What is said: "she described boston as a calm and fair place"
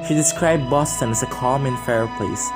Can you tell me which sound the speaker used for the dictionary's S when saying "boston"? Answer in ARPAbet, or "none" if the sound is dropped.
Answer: S